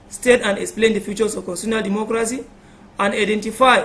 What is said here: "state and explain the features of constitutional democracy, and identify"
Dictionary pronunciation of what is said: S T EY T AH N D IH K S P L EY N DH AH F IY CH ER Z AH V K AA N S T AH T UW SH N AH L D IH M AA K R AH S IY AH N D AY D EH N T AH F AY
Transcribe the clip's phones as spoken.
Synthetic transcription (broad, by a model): S T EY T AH N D IH K S P L EY N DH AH F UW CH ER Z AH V K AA N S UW N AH L D IH M AA K R AH S IY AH N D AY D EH N T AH F AY